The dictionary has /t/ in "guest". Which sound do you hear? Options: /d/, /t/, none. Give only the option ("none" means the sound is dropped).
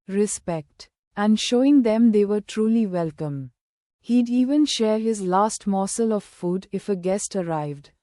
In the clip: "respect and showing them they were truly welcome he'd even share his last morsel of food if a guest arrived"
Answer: /t/